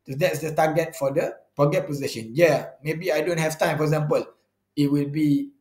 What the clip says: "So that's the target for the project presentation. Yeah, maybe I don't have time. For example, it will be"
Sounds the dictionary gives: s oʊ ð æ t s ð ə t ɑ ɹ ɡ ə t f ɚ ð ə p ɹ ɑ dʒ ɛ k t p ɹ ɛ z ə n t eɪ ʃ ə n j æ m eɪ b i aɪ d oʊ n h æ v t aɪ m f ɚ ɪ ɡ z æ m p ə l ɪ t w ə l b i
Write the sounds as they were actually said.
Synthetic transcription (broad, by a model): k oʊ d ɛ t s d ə t ɑ ɡ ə t f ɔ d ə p ɑ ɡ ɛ t p ɔ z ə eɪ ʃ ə n j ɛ m eɪ b i aɪ d oʊ n h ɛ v t aɪ m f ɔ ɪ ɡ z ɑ m p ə l ɪ t w ə l b i